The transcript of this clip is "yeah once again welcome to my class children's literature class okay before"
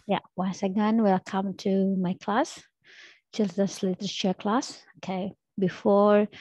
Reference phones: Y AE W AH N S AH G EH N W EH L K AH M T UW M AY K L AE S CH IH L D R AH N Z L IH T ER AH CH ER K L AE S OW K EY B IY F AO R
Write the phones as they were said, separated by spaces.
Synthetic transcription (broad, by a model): Y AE W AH N S AH G EH N W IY L K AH M T UW M AY K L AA S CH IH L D AH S L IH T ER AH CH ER K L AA S OW K EY B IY F AO R